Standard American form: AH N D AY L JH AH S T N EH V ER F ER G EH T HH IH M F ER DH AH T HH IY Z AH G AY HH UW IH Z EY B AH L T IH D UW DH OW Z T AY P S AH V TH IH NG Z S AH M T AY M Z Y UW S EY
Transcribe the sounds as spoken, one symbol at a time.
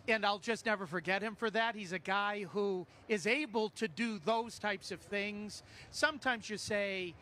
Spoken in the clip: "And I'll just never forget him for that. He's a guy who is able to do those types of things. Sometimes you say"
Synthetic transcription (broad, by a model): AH N AY L JH AH S T N EH V ER F ER G EH T HH IH M F ER DH AH T HH IY Z AH G AY HH UW IH Z EY B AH L T IH D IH DH OW Z T AY P S AH V TH IH NG Z S AH M T AY M Z Y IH S EY